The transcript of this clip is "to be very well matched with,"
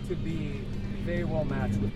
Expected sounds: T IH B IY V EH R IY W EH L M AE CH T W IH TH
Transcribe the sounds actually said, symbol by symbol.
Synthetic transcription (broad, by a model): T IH B IY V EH IY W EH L M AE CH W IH